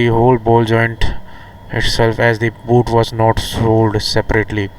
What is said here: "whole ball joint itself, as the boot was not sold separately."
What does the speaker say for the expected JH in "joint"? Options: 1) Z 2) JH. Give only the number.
2